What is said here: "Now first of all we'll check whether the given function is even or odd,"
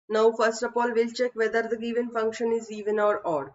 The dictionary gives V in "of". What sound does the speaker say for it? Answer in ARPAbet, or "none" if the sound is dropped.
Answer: P